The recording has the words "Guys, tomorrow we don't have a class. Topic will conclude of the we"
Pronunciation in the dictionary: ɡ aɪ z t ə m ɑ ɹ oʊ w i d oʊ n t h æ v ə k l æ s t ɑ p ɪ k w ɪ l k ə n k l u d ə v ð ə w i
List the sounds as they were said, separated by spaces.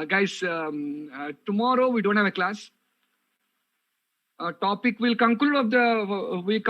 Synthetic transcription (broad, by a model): ɡ aɪ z t ə m ɑ ɹ oʊ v i d oʊ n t h æ v ə k l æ s t ɑ p ɪ k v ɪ l k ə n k u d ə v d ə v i